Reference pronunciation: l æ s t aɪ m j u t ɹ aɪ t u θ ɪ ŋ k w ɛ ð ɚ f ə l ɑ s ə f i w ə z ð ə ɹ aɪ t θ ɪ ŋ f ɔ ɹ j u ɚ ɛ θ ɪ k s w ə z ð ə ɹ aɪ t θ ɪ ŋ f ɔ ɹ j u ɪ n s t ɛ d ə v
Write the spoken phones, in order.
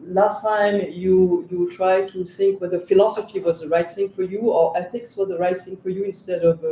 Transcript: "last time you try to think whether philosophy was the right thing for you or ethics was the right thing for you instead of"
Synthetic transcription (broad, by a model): l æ s t aɪ m j u t ɹ aɪ t u θ ɪ ŋ k w ɛ ð ɚ f ə l ɑ s ə f i w ə z ð ə ɹ aɪ t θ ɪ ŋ f ɔ ɹ j u ɚ ɛ θ ɪ k s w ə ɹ ð ə ɹ aɪ t θ ɪ ŋ f ɔ ɹ j u ɪ n s t ɛ d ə v